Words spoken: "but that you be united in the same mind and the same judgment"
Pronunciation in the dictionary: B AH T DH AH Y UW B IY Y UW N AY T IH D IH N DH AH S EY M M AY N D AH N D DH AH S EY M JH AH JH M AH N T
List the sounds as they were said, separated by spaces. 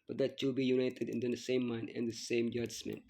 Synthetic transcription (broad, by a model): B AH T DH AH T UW B IY Y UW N AY T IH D IH N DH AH S EY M M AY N AH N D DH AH S EY M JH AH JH M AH N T